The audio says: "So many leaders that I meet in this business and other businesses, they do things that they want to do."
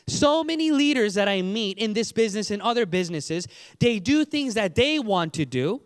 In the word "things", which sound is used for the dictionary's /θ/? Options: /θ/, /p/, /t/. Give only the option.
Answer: /θ/